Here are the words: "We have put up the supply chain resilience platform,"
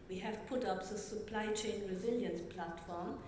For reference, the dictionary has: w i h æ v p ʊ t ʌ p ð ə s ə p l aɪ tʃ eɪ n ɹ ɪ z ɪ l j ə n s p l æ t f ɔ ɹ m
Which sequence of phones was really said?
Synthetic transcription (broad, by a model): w i h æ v p ʊ t ʌ p ð ə s ə p l aɪ tʃ eɪ n ɹ ɪ z ɪ l j ə n s p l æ t f ɔ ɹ m